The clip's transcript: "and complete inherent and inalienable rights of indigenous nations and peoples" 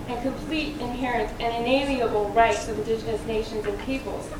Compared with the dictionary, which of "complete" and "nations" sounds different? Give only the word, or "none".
none